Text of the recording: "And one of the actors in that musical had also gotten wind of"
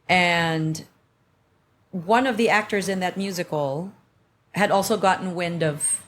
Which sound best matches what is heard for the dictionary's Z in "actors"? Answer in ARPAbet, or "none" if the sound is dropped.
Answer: Z